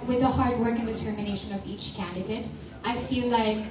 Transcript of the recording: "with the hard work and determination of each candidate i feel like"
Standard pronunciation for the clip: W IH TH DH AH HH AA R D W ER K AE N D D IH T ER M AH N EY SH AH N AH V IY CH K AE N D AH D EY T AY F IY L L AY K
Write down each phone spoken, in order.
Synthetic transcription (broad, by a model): W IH DH AH HH AA R D W ER K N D D IH T ER M AH N EY SH AH N AH V IY CH K AE N D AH D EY T AY F IY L L AY K